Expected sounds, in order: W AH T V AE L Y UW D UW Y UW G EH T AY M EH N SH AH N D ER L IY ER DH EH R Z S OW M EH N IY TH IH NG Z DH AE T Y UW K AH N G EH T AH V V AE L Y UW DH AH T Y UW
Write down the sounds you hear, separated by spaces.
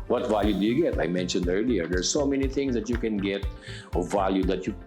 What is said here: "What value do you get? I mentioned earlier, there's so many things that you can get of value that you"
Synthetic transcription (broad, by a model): W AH T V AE L Y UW D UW Y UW G EH T AY M EH N SH AH N D ER L IY ER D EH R S OW M EH N IY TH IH NG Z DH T Y UW K AH N G EH T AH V V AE L Y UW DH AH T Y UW